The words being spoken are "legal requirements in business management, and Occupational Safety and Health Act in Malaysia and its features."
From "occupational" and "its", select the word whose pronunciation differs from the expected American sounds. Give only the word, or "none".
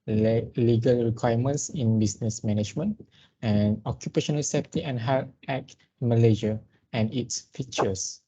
none